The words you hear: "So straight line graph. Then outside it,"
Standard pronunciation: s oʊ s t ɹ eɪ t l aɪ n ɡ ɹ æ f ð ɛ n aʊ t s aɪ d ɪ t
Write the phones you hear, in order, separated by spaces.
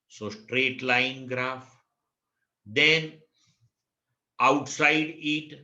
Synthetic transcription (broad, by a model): s oʊ s t ɹ eɪ t l aɪ n ɡ ɹ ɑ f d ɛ n aʊ t s aɪ d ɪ t